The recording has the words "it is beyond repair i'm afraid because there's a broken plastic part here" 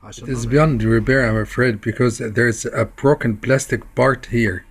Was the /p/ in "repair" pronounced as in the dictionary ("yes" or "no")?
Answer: no